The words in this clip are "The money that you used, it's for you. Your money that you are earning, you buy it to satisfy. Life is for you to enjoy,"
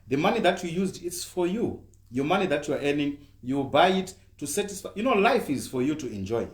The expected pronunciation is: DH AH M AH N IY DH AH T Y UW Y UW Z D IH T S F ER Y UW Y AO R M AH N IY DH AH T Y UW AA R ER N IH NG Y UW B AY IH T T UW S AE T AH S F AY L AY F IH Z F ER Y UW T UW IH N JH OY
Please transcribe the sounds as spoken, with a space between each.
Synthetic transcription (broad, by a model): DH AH M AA N IY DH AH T Y UW Y UW Z D IH T S F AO Y UW Y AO M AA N IY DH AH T Y UW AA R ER N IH NG Y UW B AY IH T T UW S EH T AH S F AY L AY F IH Z F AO Y UW T UW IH N JH OY